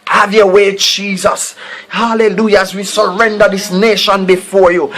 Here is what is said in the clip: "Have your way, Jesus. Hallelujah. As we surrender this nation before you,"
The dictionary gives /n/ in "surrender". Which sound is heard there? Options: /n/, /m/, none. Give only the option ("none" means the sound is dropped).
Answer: /n/